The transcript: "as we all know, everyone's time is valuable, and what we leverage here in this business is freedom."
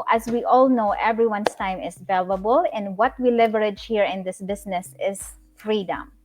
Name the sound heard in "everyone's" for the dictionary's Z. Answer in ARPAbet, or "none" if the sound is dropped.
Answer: S